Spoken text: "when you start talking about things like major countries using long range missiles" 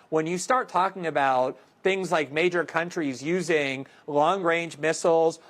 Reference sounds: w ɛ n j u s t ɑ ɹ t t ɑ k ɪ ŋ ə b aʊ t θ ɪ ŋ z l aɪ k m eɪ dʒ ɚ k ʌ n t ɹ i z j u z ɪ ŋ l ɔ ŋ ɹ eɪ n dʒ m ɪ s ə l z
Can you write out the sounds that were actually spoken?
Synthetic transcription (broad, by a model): w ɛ n j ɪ s t ɑ ɹ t t ɑ k ɪ ŋ ə b aʊ t θ ɪ ŋ z l aɪ k m eɪ dʒ ɚ k ʌ n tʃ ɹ i z j u z ɪ ŋ l ɔ ŋ ɹ eɪ n dʒ m ɪ s l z